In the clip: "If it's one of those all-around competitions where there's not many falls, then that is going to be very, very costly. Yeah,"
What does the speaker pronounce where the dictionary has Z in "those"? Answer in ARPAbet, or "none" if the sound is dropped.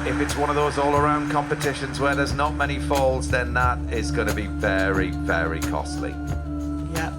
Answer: Z